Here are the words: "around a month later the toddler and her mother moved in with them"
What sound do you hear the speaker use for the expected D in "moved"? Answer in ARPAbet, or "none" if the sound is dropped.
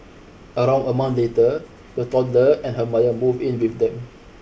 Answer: none